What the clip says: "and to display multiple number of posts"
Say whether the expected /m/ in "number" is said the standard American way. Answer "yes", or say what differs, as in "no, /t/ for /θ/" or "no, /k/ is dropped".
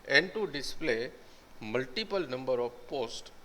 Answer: yes